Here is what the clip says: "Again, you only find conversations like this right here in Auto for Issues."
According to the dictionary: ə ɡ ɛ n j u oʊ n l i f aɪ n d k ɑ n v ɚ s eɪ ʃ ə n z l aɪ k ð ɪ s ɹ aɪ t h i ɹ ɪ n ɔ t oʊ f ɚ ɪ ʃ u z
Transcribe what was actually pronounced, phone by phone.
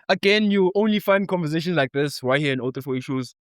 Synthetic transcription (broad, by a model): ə ɡ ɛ n j u oʊ n l i f aɪ n d k ɑ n v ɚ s eɪ ʃ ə n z l aɪ k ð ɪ s w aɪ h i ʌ ɪ n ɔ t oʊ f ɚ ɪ ʃ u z